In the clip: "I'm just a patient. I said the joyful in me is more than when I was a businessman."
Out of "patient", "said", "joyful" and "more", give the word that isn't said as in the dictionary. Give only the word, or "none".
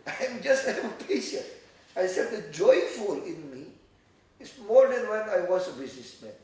patient